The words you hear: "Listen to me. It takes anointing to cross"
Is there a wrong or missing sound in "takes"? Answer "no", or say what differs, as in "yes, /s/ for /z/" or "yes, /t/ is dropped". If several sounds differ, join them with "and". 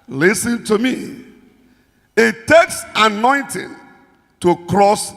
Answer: no